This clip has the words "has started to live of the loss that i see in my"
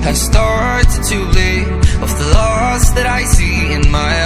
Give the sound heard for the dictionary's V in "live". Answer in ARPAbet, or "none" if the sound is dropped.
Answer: none